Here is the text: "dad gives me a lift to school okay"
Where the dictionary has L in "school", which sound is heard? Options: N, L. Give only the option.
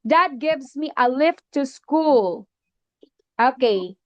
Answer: L